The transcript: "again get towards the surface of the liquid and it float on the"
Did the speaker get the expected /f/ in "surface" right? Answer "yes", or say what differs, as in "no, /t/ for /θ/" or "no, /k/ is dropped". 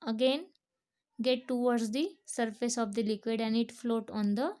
yes